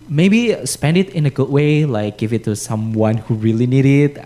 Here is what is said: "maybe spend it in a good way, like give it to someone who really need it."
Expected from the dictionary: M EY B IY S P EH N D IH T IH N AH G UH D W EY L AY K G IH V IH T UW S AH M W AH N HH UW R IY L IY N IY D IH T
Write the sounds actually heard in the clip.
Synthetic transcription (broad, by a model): M EY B IY S P EH N D IH T IH N AH G UH D W EY L AY K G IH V IH T UW S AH M W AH N HH UW R IY L IY N IY D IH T